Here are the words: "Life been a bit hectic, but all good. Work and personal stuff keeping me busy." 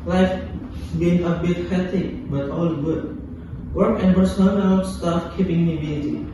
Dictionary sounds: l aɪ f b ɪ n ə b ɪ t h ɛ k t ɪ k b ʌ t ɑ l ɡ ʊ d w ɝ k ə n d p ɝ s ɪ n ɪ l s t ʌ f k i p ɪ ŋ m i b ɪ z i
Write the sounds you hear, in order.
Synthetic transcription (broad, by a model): l aɪ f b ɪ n ə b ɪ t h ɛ t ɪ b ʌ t ɑ l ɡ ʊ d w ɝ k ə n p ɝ s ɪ l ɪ n s t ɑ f k i p ɪ ŋ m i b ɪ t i